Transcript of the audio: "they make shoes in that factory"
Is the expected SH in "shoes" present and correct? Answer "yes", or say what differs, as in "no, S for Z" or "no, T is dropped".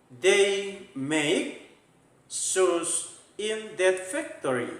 no, S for SH